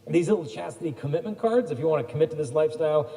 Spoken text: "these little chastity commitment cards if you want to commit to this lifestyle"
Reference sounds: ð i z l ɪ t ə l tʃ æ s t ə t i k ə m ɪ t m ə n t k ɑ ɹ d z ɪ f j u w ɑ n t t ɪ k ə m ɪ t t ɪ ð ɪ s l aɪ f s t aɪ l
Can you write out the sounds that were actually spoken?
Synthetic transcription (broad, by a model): ð i z l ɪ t l tʃ æ s t ə t i k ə m ɪ t m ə n k ɑ ɹ d z ɪ f j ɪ w ɑ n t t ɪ k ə m ɪ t t ɪ ð ɪ s l aɪ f s t aɪ l